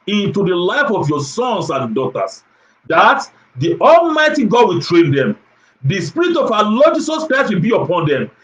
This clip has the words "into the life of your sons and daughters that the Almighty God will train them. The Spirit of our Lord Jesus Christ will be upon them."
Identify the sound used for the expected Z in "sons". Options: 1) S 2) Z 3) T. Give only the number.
1